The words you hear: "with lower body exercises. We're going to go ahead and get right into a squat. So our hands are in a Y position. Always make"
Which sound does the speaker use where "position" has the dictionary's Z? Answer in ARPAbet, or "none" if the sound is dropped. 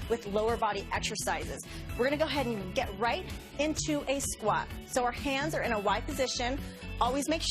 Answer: Z